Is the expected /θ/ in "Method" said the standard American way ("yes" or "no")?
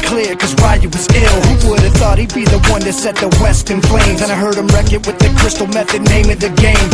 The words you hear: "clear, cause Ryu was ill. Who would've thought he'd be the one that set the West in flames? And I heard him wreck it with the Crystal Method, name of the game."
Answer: yes